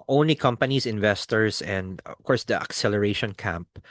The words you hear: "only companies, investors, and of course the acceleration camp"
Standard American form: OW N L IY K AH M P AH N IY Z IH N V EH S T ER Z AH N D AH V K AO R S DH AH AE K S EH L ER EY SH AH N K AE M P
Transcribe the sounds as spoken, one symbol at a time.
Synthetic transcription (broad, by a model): OW N L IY K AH M P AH N IY S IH N V EH S T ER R AH N D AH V K AO R S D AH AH K S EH L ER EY SH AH N K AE M P